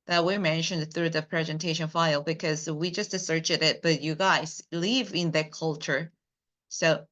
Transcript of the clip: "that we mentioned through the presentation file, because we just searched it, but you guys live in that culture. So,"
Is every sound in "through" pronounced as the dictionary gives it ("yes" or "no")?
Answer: yes